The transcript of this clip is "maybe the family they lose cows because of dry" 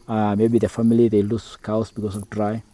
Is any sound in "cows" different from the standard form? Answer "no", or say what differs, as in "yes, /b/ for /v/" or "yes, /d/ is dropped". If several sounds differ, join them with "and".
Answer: yes, /s/ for /z/